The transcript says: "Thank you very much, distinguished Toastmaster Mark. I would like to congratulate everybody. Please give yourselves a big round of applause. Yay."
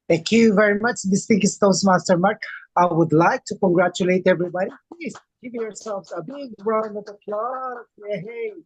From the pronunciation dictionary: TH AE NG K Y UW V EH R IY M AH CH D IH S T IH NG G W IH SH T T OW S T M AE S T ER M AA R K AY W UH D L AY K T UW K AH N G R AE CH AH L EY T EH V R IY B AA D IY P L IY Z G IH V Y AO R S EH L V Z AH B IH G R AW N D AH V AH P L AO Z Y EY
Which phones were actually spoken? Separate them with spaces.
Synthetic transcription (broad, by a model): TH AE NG K Y UW V EH R IY M AH CH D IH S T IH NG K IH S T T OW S M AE S T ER M AA R K AY W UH D L AY K T UW K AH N G R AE CH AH L EY T EH V R IY B AA D IY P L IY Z G IH V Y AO R S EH L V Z AH B IH G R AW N AH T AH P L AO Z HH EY